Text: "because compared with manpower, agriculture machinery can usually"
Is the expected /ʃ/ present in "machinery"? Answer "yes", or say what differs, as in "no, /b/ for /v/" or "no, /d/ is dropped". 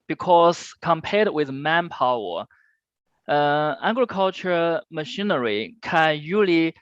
yes